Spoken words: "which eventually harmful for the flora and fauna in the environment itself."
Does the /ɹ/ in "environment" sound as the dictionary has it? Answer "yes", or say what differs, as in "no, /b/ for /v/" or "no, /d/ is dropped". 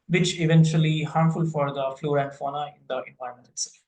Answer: no, /ɹ/ is dropped